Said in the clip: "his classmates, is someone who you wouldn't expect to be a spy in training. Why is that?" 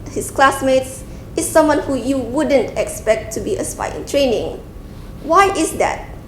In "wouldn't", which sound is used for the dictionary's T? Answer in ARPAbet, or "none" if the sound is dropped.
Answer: T